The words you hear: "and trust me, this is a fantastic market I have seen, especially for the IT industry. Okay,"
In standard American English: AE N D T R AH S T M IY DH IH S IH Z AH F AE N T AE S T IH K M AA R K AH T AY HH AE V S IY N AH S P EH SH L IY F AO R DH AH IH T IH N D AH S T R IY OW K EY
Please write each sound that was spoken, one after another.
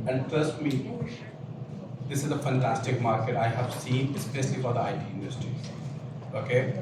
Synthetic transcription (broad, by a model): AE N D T AH S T M IY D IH S IH Z AH F AE N T AE S T IH K M AA R K AH T AY HH AE V S IY N AH S P EH SH L IY F AO R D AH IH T IH N D AH S T R IY OW K EY